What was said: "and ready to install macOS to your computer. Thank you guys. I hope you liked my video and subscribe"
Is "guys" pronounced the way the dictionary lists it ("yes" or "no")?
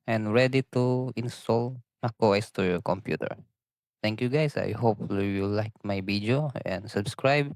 no